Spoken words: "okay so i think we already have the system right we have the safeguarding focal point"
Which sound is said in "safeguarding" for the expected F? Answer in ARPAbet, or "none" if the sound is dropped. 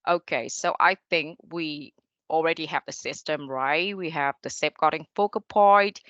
P